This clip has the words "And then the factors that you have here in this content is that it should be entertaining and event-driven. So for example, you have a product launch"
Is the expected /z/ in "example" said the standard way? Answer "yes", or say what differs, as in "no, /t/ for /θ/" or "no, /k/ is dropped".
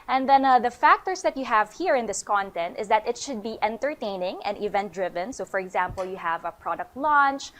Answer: yes